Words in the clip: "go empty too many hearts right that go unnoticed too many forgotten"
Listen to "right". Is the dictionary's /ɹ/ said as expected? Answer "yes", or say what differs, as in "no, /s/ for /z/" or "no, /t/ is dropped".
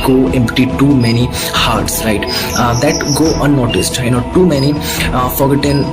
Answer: yes